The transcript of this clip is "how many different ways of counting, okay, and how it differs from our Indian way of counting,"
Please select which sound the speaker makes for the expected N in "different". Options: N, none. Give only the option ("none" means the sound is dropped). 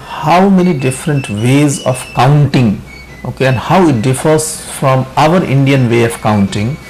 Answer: N